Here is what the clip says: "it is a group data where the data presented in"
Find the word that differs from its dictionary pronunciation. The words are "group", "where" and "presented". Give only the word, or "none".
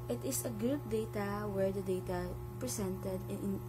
presented